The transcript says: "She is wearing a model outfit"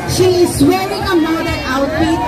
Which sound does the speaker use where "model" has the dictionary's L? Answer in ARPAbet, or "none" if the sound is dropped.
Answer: N